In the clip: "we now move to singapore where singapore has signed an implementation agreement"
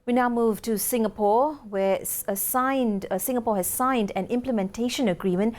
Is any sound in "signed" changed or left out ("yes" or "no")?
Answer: no